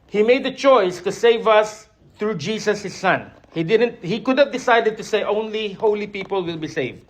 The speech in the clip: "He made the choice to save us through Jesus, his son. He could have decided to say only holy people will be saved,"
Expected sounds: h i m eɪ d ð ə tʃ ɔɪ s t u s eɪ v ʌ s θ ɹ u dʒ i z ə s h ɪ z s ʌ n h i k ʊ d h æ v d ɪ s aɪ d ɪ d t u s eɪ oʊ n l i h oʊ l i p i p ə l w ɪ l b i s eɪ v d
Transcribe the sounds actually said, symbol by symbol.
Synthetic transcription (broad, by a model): h i m eɪ d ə tʃ ɔɪ s t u s eɪ v ʌ s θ ɹ u dʒ i s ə s h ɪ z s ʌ n h i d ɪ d h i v d ɪ s aɪ d ɪ d t u s eɪ oʊ n l i h oʊ l i p i p ə l w ɪ l b i s eɪ v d